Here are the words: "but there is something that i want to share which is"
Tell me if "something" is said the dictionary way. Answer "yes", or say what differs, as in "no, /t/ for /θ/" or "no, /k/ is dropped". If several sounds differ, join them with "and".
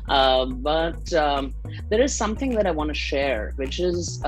yes